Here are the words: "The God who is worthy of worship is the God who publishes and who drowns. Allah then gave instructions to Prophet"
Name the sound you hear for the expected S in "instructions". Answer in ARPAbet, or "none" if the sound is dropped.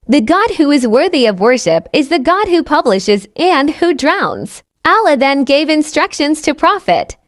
S